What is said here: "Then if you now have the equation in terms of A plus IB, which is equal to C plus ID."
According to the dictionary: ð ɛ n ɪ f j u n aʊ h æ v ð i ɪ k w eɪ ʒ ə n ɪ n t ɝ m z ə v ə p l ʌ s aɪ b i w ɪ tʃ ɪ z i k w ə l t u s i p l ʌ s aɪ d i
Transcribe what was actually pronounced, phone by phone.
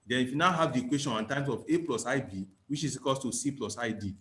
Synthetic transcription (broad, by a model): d ɛ n ɪ f j u n aʊ h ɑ v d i k w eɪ ʃ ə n ɪ n t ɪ m s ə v ə p l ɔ s aɪ b i w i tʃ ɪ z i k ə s t u s i p l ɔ s aɪ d i